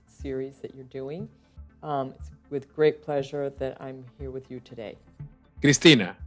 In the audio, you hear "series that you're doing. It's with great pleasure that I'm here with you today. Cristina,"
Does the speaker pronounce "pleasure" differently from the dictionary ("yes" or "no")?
no